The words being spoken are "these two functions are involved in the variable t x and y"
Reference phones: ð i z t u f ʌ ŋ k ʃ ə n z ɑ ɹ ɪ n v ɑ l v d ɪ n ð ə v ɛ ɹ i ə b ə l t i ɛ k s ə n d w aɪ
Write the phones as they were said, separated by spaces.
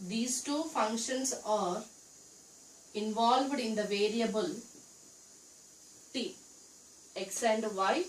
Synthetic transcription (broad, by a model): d i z t u f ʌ ŋ k ʃ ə n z ɑ ɹ ɪ n v ɑ l v d ɪ n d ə v ɛ ɹ i ə b ə l t i ɛ k s ə n d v aɪ